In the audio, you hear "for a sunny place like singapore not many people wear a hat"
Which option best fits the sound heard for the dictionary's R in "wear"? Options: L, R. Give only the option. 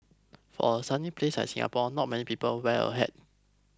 L